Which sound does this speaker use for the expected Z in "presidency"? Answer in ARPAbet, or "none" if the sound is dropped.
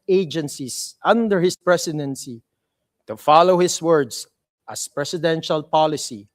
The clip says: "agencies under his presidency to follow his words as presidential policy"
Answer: S